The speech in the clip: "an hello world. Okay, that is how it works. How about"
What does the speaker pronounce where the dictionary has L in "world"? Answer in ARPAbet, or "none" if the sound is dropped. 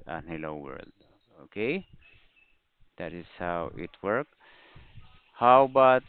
L